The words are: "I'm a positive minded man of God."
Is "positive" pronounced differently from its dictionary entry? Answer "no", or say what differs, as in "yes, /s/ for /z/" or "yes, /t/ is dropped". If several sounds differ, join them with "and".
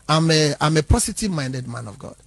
yes, /s/ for /z/